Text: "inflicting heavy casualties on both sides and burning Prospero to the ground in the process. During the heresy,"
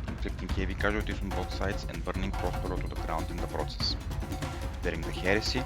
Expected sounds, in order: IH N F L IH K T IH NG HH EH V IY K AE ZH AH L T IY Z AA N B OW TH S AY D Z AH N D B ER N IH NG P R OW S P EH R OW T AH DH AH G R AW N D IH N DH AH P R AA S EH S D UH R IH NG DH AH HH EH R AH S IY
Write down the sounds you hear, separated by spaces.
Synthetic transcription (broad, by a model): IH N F L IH K T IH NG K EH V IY K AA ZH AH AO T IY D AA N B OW T S AY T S AH N D B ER N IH NG P R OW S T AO R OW T AH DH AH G R AW N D IH N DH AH P R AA S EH S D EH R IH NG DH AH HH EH R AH S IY